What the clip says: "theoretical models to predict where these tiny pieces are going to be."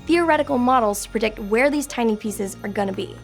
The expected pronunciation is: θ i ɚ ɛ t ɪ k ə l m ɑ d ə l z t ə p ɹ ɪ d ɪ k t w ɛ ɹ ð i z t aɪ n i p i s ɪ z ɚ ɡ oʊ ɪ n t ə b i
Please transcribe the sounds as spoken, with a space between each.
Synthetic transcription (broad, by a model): θ i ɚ ɛ t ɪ k l m ɑ d l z t ə p ɹ ɪ d ɪ k t w ɛ ɹ ð i z t aɪ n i p i s ɪ z ɚ ɡ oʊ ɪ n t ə b i